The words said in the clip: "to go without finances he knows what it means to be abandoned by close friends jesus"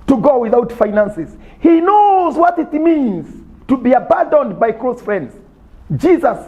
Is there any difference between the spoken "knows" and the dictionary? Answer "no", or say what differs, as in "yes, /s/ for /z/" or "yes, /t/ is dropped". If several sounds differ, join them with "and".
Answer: no